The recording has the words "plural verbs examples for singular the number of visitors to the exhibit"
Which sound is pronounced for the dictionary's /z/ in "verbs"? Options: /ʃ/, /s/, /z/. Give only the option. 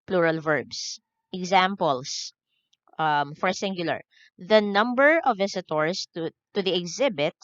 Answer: /s/